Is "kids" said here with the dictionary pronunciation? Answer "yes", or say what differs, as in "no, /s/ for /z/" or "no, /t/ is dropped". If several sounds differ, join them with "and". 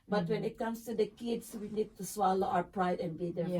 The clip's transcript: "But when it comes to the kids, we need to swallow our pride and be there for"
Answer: no, /s/ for /z/